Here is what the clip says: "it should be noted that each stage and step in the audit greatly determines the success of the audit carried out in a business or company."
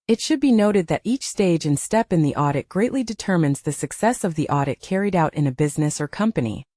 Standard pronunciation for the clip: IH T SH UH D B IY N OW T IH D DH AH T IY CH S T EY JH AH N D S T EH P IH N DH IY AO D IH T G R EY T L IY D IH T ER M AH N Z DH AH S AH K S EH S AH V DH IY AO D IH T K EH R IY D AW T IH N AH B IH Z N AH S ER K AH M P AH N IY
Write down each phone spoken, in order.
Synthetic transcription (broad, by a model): IH T SH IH D B IY N OW T IH D DH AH T IY CH S T EY JH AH N S T EH P IH N DH IY AO D IH T G R EY T L IY D IH T ER M AH N Z DH AH S AH K S EH S AH V DH IY AO D IH T K EH R IY D AW T IH N AH B IH Z N AH S ER K AH M P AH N IY